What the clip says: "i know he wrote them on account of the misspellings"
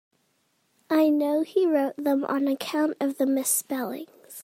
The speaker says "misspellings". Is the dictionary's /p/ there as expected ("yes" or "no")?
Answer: yes